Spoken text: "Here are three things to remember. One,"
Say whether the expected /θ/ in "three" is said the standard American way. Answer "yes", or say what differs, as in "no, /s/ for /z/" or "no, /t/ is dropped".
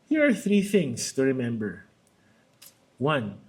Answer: yes